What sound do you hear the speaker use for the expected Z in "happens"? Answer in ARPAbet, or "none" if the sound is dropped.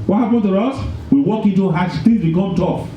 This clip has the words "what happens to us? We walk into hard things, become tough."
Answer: none